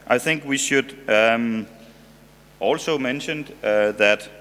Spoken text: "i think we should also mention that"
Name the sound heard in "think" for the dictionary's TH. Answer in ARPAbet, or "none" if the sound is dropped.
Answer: TH